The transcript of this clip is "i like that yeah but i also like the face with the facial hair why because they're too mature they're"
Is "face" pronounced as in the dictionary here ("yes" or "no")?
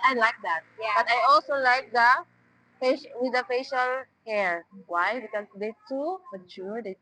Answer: no